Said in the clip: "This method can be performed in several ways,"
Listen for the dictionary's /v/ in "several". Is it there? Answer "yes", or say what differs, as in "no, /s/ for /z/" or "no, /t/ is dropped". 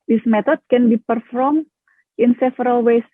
no, /f/ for /v/